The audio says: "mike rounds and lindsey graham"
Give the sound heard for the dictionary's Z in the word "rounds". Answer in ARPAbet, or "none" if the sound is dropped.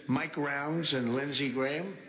Z